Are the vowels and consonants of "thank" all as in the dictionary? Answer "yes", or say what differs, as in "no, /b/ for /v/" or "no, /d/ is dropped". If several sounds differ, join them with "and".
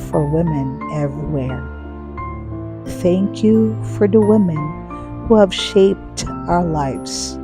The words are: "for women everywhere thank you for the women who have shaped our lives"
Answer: yes